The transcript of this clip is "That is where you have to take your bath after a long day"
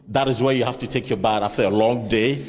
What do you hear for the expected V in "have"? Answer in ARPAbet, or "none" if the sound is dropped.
F